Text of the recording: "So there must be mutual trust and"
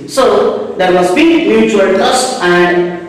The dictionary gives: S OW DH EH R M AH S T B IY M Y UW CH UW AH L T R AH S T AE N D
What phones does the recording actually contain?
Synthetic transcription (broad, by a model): S OW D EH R M AH S T B IY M Y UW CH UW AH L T AH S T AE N D